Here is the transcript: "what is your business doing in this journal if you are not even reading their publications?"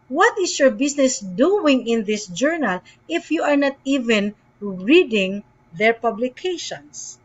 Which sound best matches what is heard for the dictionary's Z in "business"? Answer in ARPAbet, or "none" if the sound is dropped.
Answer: S